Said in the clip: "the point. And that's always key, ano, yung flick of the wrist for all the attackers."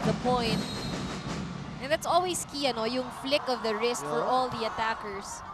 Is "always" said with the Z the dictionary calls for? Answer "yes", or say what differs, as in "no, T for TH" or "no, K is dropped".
no, S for Z